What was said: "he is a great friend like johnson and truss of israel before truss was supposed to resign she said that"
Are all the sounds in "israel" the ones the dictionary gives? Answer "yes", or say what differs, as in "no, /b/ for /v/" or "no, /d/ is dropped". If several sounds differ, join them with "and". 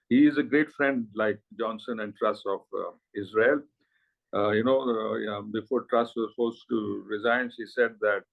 no, /n/ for /l/